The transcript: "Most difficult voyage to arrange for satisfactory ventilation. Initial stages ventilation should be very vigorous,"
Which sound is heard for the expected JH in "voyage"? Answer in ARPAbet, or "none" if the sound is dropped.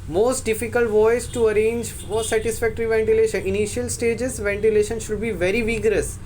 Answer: Z